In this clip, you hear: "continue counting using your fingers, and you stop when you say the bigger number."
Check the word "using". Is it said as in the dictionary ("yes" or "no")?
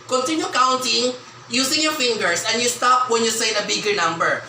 no